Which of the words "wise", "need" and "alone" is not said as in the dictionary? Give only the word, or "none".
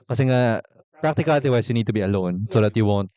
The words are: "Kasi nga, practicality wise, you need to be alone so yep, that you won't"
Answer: wise